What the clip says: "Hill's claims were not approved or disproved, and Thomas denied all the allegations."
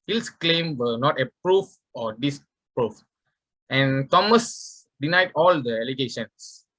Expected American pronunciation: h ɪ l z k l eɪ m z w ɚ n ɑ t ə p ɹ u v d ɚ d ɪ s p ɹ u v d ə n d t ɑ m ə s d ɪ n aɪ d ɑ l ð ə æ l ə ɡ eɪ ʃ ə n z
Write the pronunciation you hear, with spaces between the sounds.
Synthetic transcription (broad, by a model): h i l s k l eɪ m w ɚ n ɑ t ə p ɹ u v ɔ d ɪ s p ɹ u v ə n t ɑ m ə s d ɪ n aɪ d ɑ l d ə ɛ l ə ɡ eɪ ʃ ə n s